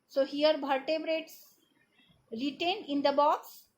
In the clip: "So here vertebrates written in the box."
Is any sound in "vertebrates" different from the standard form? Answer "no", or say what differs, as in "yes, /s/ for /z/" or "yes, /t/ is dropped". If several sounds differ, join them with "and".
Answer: yes, /b/ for /v/